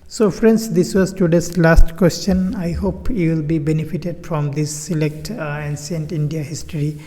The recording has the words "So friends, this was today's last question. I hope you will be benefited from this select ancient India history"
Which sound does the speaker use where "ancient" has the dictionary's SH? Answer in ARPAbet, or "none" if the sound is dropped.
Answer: S